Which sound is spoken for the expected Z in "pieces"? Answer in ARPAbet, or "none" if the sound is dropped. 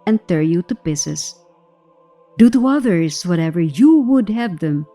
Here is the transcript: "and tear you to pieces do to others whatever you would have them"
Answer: S